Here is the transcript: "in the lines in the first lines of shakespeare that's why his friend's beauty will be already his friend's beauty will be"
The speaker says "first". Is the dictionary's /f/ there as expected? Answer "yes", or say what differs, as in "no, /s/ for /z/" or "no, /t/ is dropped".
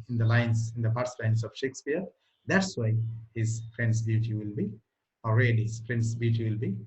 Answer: no, /p/ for /f/